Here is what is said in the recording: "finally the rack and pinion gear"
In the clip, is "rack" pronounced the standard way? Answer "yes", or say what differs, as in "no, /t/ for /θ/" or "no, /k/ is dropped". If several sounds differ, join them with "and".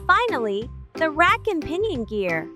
yes